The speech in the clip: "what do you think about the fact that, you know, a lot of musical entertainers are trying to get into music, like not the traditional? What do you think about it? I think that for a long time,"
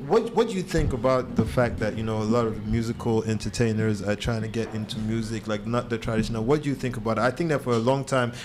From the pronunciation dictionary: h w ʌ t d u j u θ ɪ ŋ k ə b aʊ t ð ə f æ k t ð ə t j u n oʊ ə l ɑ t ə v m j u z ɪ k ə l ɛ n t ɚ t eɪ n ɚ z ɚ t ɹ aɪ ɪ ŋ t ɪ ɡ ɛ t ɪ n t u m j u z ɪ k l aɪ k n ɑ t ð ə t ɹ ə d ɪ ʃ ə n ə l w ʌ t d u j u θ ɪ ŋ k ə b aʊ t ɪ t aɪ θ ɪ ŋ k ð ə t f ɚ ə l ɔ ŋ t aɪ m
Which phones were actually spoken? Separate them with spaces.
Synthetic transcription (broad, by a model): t w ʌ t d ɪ j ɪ θ ɪ ŋ k ə b aʊ t ð ə f æ k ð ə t j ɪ n oʊ ə l ɑ t ə v m j u z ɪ k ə l ɛ n t ɚ t eɪ n ɚ z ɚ t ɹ aɪ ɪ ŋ t ɪ ɡ ɛ t ɪ n t u m j u z ɪ k l aɪ k n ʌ t ð ə t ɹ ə d ɪ ʃ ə n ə l w ʌ t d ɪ j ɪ θ ɪ ŋ k ə b aʊ t ɪ t aɪ θ ɪ ŋ k ð ə t f ɚ ə l ɔ ŋ t aɪ m